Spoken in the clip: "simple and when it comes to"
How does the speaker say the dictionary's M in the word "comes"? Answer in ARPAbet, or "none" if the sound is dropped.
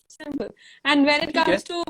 none